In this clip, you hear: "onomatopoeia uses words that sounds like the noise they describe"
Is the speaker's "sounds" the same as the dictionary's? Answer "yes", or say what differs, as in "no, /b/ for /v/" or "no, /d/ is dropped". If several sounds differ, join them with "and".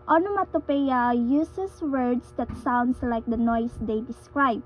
no, /s/ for /z/